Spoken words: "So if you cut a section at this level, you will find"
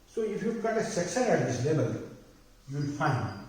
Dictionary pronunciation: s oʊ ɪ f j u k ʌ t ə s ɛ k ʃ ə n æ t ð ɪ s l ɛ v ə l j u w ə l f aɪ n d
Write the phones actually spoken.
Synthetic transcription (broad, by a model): s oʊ ɪ f j u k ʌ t ə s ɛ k s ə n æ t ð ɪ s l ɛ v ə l j u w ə l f aɪ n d